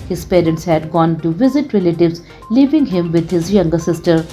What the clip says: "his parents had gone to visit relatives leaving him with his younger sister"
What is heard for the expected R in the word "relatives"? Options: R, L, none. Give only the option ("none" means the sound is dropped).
R